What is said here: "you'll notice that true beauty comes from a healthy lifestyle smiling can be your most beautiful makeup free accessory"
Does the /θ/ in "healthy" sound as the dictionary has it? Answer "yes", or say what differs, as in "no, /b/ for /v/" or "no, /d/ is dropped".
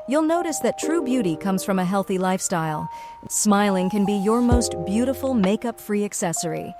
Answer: yes